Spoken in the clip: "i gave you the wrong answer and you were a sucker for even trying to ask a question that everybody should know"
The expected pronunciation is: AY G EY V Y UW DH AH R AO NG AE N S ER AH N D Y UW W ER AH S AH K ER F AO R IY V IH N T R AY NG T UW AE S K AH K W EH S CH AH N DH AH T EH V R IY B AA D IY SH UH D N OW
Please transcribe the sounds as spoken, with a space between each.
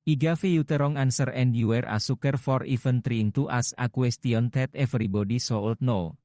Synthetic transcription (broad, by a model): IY G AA F Y UW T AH R AO NG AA N S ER AH N D Y UW W ER AH S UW K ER F AO R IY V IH N T R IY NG T UW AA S AH K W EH S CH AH N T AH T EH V R IY B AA D IY S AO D N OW